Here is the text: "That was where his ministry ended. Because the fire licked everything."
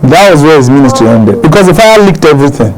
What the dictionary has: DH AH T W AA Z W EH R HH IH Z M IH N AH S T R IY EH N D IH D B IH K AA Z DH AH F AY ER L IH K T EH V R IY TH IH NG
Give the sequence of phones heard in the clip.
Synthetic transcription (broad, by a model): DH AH T W AA Z W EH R HH IH Z M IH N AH S T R IY EH N D IH D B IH K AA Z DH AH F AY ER L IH K T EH V R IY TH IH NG